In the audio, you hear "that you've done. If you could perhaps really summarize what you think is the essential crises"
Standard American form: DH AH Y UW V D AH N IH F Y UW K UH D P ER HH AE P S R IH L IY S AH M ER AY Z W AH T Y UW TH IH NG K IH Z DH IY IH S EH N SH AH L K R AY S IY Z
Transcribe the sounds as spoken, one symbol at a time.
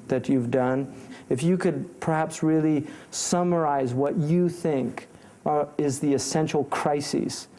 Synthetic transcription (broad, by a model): DH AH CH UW V D AH N IH F Y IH K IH D P ER HH AE P S R IH L IY S AH M ER AY Z W AH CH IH TH IH NG K IH Z DH IY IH S EH N SH L K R AY S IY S